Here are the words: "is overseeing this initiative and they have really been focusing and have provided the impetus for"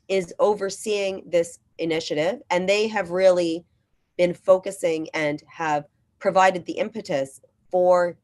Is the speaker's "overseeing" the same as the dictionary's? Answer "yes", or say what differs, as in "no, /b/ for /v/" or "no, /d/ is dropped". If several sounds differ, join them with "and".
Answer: yes